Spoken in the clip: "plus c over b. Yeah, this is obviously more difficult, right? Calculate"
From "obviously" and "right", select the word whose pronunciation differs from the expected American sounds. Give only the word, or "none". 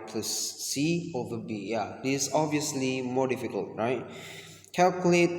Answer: none